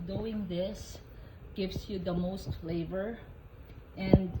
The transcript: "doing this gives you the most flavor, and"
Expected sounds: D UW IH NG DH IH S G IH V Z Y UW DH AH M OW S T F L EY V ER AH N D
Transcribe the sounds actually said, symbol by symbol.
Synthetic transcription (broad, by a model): D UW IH NG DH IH S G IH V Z Y UW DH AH M OW S T F L EY V ER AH N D